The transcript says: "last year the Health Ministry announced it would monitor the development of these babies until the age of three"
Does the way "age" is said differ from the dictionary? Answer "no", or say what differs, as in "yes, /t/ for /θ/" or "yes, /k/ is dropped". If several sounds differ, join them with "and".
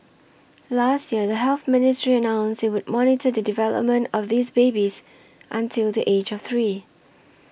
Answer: no